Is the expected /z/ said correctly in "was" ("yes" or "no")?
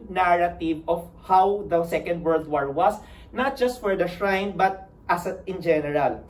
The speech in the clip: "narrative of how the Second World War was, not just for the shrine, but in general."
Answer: no